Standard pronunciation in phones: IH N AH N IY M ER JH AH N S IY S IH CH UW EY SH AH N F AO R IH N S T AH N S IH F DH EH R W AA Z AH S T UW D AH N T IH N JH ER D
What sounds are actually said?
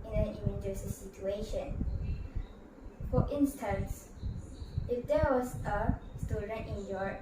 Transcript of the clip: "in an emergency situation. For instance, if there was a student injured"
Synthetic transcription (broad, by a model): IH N AH N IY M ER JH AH S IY S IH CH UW EY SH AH N F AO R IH N S T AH N S IH F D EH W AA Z AH S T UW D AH N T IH N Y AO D